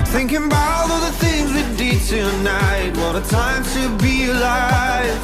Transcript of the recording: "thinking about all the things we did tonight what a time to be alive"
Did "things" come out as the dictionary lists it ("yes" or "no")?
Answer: yes